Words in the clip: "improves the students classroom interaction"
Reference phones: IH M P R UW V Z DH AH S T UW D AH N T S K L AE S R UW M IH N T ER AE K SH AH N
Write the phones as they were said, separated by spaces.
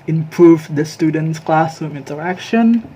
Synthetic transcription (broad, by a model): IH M P R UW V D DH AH S T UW D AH N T S K L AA S AO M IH N T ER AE K SH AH N